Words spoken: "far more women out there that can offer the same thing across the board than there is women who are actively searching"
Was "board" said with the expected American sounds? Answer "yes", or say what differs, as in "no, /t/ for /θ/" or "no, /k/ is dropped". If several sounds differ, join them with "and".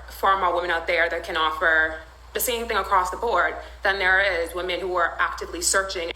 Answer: yes